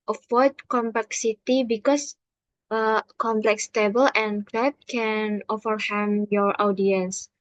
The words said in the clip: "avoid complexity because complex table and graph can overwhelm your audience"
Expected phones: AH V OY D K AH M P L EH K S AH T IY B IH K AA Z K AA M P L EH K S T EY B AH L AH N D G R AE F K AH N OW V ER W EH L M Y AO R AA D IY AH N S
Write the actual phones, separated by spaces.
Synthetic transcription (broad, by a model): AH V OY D K AH M P L EH K S AH T IY B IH K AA S K AA M P L EH K S T EY B AH L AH N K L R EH P K AH N OW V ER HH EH M Y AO R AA D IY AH N S